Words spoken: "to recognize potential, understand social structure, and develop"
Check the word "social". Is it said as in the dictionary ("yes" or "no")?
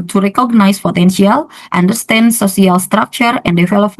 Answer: no